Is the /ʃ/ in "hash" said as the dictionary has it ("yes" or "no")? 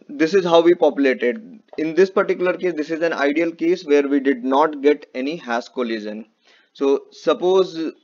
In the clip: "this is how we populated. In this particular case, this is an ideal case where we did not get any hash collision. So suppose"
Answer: no